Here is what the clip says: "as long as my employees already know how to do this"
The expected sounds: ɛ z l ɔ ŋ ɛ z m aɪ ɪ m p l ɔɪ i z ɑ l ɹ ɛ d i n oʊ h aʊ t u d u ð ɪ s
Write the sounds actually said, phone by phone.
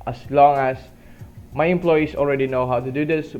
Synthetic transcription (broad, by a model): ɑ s l ɔ ŋ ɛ s m aɪ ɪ m p l ɔɪ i s ɑ l ɹ ɛ d i n oʊ h aʊ t u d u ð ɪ s